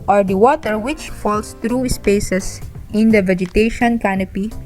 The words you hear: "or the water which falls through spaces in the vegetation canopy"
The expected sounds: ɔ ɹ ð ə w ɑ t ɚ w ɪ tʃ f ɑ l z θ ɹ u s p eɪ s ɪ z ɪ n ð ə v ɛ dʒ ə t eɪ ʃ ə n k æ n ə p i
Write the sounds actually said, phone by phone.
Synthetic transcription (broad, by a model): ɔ ɹ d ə w ɑ t ɚ w ɪ tʃ f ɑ l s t ɹ u s p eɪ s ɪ s ɪ n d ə v ɛ dʒ ə t eɪ ʃ ə n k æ n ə p i